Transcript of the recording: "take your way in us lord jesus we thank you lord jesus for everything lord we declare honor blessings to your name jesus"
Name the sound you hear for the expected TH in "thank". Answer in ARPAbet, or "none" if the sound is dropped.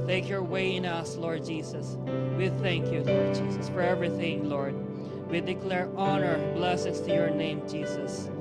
TH